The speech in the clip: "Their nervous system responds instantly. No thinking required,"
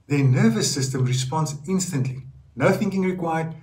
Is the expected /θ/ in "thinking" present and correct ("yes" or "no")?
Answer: yes